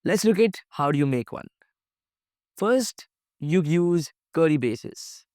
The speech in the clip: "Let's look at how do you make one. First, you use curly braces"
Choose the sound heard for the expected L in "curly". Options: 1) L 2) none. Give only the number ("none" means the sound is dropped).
2